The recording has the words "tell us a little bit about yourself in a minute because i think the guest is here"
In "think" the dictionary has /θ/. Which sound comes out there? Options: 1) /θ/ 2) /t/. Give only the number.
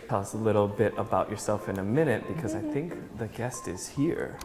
1